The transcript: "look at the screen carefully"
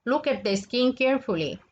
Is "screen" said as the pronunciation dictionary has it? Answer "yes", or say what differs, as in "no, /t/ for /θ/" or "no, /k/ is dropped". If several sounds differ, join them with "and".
no, /ɹ/ is dropped